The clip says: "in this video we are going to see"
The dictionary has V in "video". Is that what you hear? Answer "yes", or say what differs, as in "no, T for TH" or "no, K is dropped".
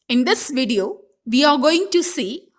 yes